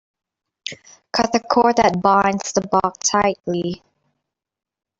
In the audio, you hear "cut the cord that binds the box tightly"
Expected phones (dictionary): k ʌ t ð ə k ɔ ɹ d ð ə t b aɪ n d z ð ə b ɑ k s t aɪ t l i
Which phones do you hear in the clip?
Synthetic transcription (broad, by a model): k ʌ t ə k ɔ ɹ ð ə t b aɪ n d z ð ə b ɑ k t aɪ t l i